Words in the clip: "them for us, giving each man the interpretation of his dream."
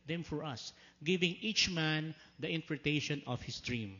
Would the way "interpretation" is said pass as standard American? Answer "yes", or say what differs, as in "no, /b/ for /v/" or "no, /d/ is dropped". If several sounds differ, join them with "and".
no, /p/ is dropped